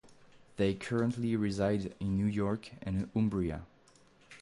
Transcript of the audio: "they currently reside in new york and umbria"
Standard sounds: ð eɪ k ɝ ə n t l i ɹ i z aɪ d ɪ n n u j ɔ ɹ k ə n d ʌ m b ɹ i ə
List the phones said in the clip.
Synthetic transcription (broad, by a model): ð eɪ k ɝ ə n t l i ɹ i z aɪ d ɪ n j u j ɔ ɹ k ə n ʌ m b ɹ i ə